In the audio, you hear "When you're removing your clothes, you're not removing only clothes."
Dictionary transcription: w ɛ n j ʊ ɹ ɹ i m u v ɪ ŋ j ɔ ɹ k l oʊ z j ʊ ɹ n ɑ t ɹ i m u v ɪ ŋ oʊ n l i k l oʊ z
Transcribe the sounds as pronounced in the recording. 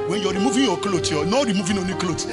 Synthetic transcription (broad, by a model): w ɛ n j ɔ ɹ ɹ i m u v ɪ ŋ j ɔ k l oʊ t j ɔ n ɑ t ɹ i m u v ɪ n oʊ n i k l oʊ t